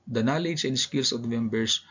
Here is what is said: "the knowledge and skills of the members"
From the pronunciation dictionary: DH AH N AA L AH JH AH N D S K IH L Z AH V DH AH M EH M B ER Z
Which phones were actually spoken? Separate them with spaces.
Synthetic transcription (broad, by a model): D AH N AA L AH JH AH N D S K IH L S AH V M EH M B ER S